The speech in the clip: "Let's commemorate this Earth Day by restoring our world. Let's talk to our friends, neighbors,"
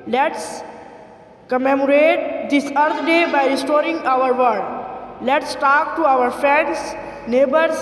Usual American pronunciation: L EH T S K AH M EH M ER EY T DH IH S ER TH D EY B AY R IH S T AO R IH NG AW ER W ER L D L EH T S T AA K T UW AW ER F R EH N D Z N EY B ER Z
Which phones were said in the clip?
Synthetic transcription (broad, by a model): L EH T S K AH M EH M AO EY T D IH S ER T D EY B AY R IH S T AO R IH NG AW ER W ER D L EH T S T AA K T UW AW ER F R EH N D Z N EY B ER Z